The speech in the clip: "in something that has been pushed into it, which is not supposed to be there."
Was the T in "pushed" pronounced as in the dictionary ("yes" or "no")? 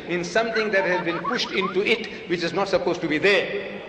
yes